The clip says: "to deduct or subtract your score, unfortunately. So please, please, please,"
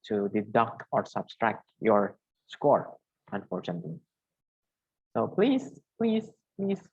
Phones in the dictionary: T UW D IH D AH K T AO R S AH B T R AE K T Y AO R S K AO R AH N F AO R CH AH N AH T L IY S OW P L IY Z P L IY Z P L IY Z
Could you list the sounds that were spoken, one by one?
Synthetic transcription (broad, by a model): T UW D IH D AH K AO R S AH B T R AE K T Y AO R S K AO R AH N F AO R CH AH N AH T L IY S OW P L IY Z P L IY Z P L IY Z